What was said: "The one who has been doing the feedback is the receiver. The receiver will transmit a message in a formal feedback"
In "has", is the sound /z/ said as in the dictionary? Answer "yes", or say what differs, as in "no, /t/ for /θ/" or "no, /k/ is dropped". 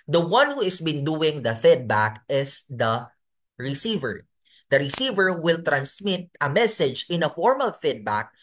no, /s/ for /z/